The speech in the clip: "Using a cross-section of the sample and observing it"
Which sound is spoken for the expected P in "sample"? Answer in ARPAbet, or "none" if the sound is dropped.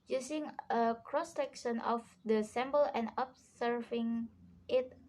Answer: B